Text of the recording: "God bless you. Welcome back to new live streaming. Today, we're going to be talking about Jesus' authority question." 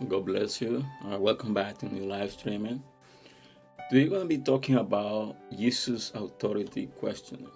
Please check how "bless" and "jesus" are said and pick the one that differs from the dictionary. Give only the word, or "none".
jesus